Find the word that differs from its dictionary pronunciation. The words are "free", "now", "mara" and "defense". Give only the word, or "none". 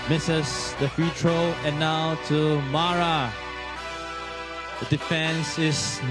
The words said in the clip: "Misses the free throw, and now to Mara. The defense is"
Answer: free